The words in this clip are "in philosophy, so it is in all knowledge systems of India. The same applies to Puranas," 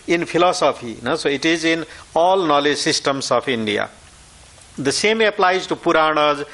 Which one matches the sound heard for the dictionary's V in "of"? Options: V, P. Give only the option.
P